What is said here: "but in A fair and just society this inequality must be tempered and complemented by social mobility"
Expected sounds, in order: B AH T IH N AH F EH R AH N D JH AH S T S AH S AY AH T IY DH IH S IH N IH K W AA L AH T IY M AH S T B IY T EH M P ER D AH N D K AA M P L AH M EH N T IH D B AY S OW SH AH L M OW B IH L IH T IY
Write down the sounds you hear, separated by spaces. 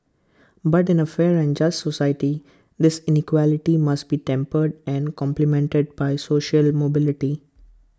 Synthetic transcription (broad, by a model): B AH T IH N AH F EH R AH N D JH AH S T S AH S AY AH T IY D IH S IH N IH K W AA L AH T IY M AH S T B IY T EH M P ER D AH N D K AA M P L AH M EH N T IH D B AY S OW SH AH L M OW B IH L IH T IY